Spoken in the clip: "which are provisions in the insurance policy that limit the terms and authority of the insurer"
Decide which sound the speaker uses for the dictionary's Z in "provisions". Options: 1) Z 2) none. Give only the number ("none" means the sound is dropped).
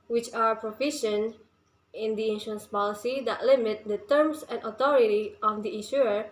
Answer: 2